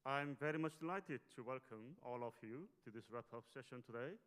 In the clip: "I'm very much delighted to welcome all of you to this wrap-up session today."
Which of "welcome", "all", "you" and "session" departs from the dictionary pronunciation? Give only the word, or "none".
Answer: none